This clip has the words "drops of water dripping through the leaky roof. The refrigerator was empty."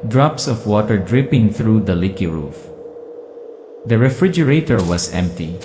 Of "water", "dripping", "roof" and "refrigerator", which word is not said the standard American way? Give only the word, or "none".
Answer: none